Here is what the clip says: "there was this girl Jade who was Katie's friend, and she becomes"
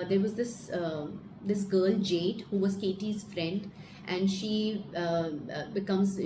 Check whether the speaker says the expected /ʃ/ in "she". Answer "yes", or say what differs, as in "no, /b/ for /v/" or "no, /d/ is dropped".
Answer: yes